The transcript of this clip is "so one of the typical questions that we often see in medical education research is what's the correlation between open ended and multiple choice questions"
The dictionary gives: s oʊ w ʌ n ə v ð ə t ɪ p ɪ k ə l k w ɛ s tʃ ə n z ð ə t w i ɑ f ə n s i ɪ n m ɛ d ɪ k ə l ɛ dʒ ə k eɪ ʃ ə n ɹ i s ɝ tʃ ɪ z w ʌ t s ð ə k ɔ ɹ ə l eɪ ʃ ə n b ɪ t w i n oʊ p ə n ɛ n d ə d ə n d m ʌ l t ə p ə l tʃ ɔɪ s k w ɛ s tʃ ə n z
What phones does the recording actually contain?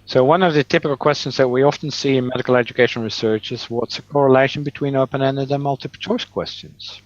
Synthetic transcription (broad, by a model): s oʊ w ʌ n ə v ð ə t ɪ p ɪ k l k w ɛ s tʃ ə n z ð ə t w i ɑ f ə n s i ɪ n m ɛ d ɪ k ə l ɛ dʒ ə k eɪ ʃ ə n ɹ i s ɝ tʃ ɪ z w ʌ t s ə k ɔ ɹ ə l eɪ ʃ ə n b ɪ t w i n oʊ p ə n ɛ n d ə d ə m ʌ l t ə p tʃ ɔɪ s k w ɛ s tʃ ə n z